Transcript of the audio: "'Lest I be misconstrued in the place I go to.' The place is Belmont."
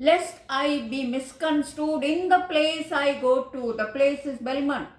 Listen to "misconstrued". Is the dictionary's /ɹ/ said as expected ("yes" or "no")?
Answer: no